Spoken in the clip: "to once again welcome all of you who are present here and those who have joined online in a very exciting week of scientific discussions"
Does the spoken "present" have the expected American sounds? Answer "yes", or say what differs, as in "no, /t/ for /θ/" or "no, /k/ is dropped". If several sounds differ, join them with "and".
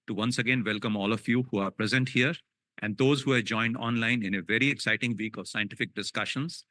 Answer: yes